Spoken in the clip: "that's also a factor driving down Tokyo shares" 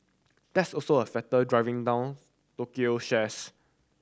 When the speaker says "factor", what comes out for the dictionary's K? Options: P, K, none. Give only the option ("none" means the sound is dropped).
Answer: none